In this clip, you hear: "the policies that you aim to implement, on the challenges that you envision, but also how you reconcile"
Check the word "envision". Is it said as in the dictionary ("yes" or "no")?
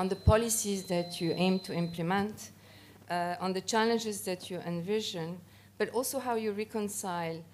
yes